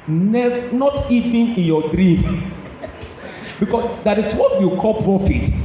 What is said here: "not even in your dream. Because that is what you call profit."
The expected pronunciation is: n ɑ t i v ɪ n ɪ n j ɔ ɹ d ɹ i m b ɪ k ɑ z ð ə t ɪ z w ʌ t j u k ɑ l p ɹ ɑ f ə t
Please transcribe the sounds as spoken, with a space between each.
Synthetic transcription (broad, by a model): n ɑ t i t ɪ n ɪ n j ɔ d ɹ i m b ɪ k ɑ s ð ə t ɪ s w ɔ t j u k ɑ l p ɹ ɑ f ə t